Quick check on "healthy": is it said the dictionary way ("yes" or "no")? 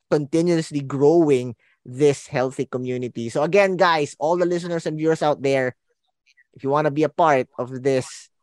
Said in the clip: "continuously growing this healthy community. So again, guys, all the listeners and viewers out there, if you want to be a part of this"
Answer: yes